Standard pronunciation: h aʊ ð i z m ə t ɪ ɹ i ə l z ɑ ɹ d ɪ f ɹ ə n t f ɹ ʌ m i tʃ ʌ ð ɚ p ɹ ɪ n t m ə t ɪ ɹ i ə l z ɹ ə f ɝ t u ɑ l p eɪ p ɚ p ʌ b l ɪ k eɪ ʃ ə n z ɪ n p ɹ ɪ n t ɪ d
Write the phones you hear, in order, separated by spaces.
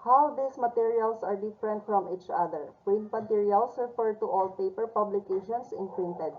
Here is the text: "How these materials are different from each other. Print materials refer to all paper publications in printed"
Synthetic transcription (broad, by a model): h aʊ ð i s m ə t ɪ ɹ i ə l s ɑ ɹ d ɪ f ɹ ə n t f ɹ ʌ m i tʃ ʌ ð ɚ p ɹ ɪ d m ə t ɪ ɹ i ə l s ɹ ə f ɝ t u ɑ l p eɪ p ɚ p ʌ b l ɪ k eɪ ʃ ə n s ɪ n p ɹ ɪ n t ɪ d